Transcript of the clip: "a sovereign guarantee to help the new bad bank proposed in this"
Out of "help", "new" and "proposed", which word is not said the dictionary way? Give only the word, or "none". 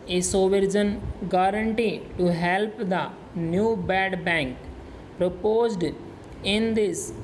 none